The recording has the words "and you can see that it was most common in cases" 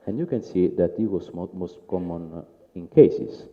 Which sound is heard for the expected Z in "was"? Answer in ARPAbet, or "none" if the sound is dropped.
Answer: S